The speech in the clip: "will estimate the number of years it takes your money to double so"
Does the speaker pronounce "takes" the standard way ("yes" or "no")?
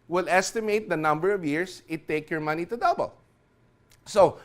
no